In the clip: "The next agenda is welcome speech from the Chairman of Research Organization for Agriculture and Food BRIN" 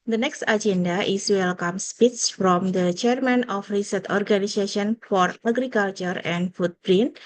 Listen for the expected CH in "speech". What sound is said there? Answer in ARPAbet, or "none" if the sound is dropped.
S